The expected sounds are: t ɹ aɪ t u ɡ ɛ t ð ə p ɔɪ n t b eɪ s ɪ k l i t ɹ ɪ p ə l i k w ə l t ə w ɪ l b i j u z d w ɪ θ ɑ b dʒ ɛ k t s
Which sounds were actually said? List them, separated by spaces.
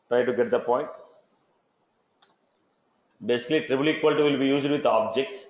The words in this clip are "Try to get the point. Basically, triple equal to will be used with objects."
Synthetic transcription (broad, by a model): t ɹ aɪ t u ɡ ɛ t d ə p ɔɪ n t b eɪ s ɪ k l i t ɹ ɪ b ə l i k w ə l t ə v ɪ l b i j u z d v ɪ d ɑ b dʒ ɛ k t s